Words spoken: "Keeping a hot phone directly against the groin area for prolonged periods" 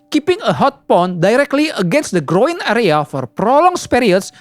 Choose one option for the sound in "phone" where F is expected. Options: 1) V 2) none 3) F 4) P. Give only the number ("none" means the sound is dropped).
4